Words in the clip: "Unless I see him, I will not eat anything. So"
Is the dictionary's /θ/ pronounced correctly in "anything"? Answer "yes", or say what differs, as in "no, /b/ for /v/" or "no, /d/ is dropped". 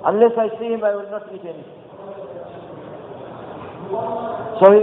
no, /s/ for /θ/